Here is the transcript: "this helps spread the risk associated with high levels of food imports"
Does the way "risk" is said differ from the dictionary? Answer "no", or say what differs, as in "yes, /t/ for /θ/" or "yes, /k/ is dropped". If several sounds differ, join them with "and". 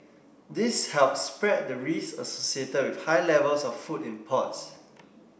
yes, /k/ is dropped